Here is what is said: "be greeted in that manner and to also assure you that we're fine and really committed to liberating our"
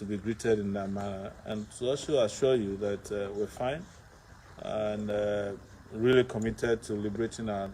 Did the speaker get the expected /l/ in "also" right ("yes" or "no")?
no